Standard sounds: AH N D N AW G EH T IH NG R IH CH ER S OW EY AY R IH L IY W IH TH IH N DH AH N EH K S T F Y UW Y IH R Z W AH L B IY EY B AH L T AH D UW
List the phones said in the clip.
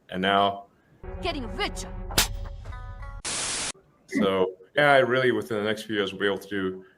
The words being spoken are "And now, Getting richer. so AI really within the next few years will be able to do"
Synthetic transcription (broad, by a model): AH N N AW G EH T IH NG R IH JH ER S OW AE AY R IH L IY W IH TH IH N DH AH N EH K S T F Y UW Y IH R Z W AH B IY EY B L T AH D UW